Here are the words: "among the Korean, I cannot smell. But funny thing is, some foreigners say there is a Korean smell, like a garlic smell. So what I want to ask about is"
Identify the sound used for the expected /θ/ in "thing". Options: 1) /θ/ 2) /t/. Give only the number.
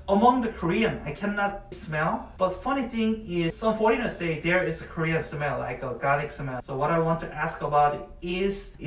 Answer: 1